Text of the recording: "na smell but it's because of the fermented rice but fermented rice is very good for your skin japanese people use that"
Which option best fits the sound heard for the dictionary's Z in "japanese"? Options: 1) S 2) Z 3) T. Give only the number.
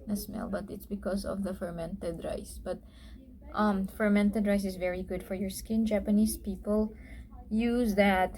1